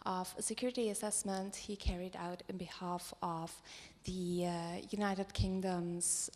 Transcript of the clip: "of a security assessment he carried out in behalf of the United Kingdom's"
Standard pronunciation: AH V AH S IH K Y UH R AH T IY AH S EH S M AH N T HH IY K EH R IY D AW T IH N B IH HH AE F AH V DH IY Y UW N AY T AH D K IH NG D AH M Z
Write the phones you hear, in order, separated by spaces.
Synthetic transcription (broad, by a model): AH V AH S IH K Y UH R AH T IY AH S EH S M AH N T HH IY K EH R IY D AW T IH N B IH HH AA F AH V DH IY Y UW N AY T AH D K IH NG D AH M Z